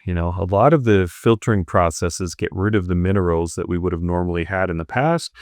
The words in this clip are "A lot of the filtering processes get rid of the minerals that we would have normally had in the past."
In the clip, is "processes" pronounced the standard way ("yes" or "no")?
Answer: yes